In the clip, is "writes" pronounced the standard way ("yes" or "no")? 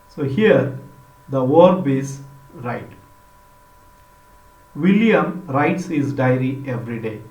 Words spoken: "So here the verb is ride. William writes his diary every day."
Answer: yes